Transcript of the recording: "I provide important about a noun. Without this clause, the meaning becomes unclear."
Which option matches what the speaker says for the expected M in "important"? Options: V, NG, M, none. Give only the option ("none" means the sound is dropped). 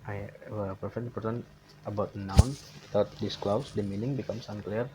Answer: none